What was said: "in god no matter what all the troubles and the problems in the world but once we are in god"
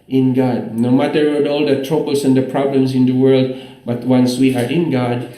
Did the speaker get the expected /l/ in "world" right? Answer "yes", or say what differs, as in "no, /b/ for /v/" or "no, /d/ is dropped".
yes